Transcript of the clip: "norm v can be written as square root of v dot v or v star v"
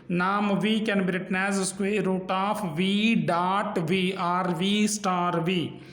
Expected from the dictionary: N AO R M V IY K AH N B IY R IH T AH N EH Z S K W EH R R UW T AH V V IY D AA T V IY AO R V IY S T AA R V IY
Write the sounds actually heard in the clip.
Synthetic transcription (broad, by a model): N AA M V IY K AH N B IY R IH T N EH Z S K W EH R R UW T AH P V IY D AA T V IY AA R V IY S T AA R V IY